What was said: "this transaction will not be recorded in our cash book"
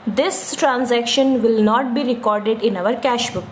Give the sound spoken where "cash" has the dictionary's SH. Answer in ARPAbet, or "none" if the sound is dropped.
SH